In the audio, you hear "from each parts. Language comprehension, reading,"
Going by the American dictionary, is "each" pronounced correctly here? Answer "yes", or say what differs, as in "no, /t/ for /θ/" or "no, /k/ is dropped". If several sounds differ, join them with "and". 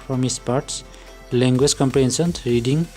no, /s/ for /tʃ/